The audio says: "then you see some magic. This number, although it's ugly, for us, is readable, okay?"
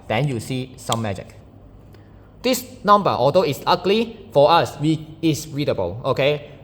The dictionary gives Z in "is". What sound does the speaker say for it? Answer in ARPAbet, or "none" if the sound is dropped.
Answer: S